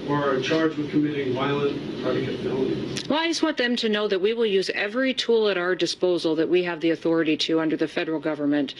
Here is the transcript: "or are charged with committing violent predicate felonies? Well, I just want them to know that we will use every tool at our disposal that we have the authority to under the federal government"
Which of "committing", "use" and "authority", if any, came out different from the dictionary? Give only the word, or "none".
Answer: none